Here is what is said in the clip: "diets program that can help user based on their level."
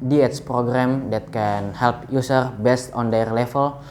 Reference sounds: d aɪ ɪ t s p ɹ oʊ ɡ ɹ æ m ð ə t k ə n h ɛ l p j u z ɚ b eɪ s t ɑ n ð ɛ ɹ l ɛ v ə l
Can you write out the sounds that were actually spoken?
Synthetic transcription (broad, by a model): d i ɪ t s p ɹ oʊ ɡ ɹ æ m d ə t k ə n h ɛ l p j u s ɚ b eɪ s t ɑ n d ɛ ɹ l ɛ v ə l